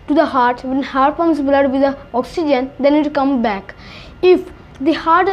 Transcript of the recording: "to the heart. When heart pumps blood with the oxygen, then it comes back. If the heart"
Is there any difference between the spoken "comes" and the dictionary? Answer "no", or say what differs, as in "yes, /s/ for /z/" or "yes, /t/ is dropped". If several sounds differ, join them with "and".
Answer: yes, /z/ is dropped